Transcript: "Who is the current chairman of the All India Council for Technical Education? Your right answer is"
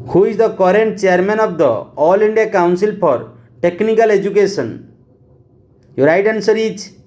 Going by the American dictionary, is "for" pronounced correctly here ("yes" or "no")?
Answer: no